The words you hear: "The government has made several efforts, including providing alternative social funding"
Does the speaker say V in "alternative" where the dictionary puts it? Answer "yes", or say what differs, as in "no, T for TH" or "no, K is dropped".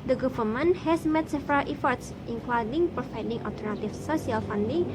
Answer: no, F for V